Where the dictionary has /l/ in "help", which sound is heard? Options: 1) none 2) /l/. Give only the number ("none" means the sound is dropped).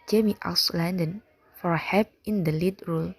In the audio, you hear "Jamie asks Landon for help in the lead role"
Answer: 1